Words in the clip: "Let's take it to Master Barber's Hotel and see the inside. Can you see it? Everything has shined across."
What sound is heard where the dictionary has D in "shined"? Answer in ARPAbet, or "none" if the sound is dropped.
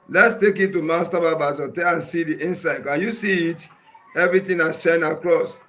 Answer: none